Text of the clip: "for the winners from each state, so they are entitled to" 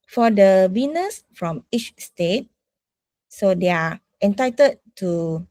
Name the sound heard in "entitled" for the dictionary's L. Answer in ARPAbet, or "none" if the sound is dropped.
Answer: none